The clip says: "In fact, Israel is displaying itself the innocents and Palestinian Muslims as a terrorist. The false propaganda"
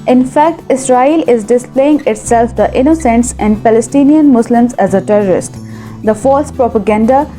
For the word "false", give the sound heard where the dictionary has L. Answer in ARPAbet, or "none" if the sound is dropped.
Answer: none